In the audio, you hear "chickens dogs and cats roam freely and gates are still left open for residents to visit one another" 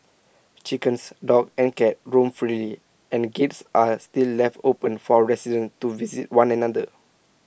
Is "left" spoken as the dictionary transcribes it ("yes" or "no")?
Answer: yes